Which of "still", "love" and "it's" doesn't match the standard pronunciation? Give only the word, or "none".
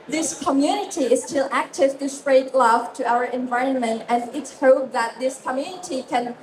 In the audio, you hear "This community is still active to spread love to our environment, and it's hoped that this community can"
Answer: love